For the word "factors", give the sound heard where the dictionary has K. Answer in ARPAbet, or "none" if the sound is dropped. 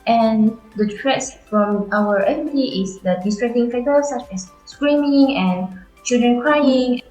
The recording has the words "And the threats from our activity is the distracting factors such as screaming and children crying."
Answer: none